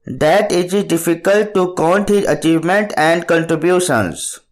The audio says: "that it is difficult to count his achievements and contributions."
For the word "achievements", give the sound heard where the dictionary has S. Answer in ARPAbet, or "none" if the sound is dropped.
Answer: none